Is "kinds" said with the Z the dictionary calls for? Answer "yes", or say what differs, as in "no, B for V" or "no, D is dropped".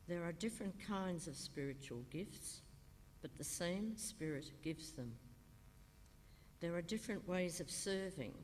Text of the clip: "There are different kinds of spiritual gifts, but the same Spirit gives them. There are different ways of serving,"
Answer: yes